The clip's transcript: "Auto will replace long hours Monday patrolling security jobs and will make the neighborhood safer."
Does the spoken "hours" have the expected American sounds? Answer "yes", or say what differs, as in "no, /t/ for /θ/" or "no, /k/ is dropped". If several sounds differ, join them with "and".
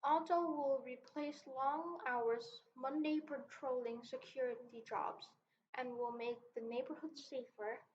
yes